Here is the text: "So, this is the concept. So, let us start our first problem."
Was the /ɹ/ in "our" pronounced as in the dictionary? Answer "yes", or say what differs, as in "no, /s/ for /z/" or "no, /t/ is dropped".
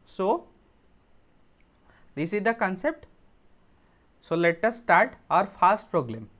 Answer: yes